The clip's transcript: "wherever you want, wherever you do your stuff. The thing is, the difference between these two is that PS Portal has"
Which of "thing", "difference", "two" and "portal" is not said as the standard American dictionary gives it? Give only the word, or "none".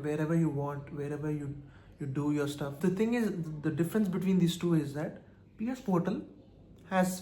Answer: thing